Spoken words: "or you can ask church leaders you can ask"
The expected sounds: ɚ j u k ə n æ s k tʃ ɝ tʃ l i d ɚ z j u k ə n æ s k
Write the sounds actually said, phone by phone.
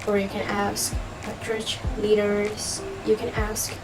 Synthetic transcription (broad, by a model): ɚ j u k ə n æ s k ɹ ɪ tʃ l i d ɚ z j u k ə n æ s k